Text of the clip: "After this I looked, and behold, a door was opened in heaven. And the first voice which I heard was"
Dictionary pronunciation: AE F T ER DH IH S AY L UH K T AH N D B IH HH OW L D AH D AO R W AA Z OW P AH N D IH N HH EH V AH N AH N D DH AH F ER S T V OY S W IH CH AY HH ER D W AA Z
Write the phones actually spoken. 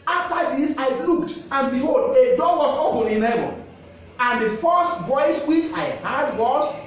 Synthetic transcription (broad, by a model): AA F T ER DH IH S AY L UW K T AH N B IH HH OW L D AH D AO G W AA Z OW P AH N IH N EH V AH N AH N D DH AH F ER S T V OY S W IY CH AY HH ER D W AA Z